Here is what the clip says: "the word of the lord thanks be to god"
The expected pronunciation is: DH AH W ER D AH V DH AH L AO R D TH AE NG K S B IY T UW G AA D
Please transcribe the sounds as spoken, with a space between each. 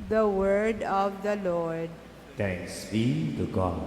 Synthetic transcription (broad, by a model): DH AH W ER D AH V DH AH L AO R D T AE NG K S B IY T UW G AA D